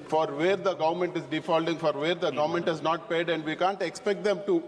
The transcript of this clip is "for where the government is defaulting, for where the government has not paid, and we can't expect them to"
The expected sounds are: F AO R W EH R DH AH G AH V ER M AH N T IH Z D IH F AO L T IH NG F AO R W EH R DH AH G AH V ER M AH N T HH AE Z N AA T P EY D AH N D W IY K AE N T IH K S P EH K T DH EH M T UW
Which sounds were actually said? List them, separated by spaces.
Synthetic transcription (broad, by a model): F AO R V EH R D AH G AH V ER M AH N T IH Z D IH F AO L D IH NG F AO R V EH R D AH G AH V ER M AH N T HH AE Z N AA T P EY D AH N D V IY K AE N T IH K S P EH K T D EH M T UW